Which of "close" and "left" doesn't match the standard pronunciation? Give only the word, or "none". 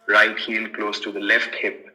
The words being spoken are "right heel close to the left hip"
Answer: none